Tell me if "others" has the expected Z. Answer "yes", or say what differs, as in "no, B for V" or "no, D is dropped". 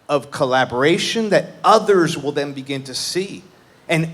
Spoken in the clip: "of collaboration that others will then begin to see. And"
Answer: yes